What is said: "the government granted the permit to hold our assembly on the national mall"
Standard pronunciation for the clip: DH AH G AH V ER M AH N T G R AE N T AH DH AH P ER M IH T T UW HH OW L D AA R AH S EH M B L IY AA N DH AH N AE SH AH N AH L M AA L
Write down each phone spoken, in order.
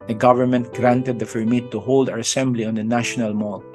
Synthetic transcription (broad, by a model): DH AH G AH V ER M AH N T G R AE N T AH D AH F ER M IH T T UW HH OW L D AA R AH S EH M B L IY AA N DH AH N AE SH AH N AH L M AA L